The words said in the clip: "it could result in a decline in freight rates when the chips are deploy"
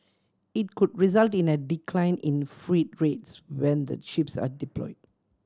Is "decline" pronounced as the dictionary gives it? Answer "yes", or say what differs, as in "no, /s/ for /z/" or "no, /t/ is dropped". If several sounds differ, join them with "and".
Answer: yes